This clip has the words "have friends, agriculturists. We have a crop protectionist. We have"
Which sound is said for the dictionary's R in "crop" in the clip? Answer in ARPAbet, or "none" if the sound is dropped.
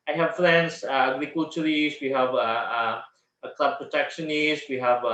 L